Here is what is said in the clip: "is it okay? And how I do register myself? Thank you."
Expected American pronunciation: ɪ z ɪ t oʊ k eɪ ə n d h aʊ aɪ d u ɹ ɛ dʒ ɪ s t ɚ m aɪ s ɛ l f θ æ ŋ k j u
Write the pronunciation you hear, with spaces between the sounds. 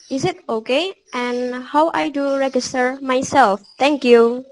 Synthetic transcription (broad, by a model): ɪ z ɪ t oʊ k eɪ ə n h aʊ aɪ d u ɹ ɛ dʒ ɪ s t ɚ m aɪ s ɛ l f t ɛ ŋ k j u